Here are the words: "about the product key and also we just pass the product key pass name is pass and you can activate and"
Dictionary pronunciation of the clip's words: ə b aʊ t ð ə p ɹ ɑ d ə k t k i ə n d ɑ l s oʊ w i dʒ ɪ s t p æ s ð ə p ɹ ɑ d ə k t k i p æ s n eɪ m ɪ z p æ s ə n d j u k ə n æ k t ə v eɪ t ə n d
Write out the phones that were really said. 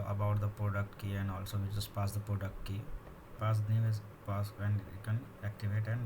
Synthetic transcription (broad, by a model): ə b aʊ t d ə p ɹ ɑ d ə k t k i ə n d ɑ l s oʊ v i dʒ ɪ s p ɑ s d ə p ɹ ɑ d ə k t k i p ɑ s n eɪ ɪ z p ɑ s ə n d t k ə n æ k t ə v eɪ t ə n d